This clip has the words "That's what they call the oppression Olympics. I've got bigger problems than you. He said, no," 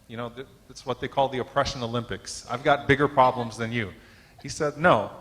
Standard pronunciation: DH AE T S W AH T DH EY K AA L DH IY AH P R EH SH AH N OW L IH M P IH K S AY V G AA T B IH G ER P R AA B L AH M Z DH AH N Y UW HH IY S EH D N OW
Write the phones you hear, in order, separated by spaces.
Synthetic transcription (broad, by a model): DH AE T S W AH T DH EY K AA L DH IY AH P R EH SH AH N OW L IH M P IH K S AY V G AA T B IH G ER P R AA B L AH M Z DH AH N Y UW HH IY S EH D N OW